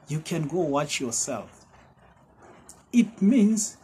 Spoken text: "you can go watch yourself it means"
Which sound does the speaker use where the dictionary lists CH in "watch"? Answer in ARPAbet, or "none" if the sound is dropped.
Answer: CH